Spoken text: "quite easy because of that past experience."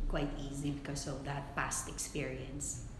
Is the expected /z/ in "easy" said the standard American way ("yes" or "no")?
yes